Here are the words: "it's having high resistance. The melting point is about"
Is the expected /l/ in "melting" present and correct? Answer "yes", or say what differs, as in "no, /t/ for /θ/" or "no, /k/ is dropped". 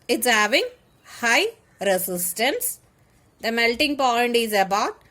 yes